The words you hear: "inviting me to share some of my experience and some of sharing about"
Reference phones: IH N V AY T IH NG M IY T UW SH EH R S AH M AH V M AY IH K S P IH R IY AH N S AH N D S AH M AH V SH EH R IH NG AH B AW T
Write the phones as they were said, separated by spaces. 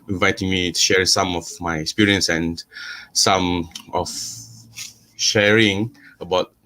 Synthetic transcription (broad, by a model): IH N V AY T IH NG M IY T UW SH EH R S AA M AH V M AY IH K S P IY R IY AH N S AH N S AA M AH F SH EH R IH NG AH B AW T